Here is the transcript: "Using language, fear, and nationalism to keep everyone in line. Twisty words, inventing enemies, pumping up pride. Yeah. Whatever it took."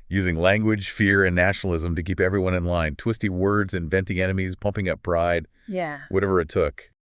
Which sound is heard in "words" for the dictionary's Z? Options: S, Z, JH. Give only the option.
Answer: Z